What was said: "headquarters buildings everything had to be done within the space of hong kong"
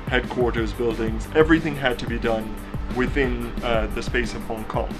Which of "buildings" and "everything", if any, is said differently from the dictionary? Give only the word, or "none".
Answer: none